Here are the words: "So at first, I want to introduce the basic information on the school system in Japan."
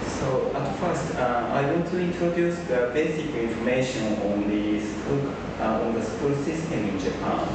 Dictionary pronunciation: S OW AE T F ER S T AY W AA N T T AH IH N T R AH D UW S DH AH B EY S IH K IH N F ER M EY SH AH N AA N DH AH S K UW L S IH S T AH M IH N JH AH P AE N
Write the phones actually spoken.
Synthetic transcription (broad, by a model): S OW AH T F ER S T AY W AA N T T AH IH N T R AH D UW S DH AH B EY S IH K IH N F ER M EY SH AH N AA N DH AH S K UW L S IH S T AH M IH N JH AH P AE N